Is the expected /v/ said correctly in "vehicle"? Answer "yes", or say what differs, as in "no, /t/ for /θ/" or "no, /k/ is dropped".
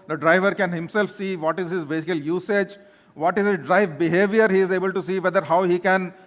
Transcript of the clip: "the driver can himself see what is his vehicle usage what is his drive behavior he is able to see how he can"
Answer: no, /b/ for /v/